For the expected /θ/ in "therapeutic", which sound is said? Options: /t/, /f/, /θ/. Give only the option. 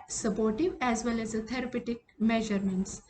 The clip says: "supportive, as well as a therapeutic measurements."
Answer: /t/